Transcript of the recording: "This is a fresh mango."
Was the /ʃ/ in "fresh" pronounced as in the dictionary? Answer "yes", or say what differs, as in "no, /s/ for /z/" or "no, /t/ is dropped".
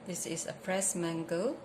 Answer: no, /s/ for /ʃ/